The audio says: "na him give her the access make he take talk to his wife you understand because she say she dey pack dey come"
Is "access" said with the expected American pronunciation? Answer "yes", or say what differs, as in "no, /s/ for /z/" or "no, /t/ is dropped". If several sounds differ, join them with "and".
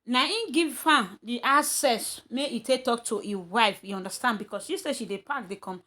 no, /k/ is dropped